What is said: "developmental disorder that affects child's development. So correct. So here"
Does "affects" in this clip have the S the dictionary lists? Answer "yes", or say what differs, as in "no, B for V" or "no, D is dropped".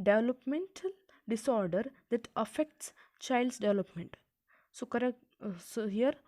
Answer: yes